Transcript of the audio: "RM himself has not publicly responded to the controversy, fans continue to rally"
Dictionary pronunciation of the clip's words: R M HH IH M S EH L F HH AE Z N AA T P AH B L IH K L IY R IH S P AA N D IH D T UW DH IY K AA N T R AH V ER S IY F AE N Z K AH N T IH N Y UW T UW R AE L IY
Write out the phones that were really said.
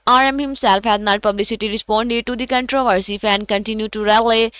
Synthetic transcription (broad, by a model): R M HH IH M S EH L F HH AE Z N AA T P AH B L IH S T IY R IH S P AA N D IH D T UW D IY K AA N T R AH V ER S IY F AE N K AH N T IH N Y UW T UW R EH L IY